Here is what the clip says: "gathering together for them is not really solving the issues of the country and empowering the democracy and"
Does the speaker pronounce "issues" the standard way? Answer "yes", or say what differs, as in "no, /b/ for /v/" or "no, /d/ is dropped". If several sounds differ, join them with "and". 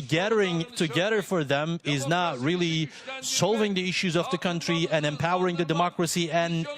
yes